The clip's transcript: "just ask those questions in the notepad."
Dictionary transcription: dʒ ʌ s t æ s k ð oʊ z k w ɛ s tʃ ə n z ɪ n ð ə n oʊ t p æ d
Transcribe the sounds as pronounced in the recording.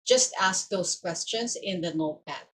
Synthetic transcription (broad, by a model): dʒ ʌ s t æ s k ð oʊ s k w ɛ s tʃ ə n s ɪ n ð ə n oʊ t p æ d